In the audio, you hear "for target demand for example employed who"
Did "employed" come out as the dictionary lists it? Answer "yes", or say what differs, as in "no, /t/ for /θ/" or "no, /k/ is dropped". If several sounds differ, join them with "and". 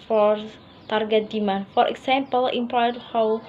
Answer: no, /l/ is dropped